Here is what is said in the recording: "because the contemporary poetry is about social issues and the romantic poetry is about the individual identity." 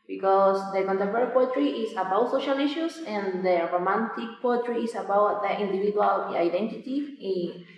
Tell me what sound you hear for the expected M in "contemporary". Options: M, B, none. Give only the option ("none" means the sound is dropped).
none